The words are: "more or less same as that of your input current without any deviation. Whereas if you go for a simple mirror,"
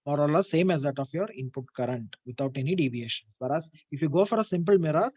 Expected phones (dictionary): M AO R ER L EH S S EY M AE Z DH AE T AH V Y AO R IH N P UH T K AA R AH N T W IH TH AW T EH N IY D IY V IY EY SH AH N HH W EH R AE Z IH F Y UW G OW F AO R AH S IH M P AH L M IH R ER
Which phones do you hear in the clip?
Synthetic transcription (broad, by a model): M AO R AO L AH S S EY M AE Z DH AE T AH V Y AO R IH N P UH T K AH R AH N T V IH T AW T EH N IY D IY V IY EY SH AH N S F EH R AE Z IH F Y UW G OW F AO R AH S IH M P AH L M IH R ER